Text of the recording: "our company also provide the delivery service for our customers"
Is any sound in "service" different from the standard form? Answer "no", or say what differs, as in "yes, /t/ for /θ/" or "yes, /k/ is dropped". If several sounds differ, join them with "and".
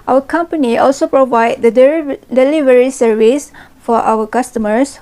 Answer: no